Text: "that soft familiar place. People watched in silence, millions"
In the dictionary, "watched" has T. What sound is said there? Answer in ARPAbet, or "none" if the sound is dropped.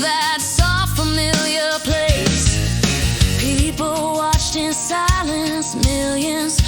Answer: T